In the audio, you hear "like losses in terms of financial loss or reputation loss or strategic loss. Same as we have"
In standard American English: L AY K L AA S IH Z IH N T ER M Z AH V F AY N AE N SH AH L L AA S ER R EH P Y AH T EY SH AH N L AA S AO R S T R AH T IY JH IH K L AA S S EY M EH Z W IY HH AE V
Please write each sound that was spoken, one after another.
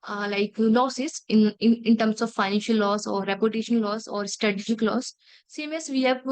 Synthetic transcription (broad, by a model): L AY K L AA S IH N IH N T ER M S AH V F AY N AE N SH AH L L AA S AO R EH P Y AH T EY SH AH N L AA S AO R S T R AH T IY SH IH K L AA S S EY M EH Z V IY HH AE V